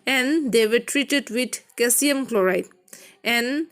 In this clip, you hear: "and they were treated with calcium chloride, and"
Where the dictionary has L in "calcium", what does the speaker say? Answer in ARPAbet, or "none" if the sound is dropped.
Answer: none